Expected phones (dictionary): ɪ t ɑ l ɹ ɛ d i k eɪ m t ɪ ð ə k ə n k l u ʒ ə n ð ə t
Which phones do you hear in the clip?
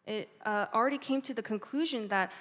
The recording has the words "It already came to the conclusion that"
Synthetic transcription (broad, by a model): ɪ t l ɹ ɛ d i k eɪ m t ɪ ð ə k ə n k l u ʒ ə n ð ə t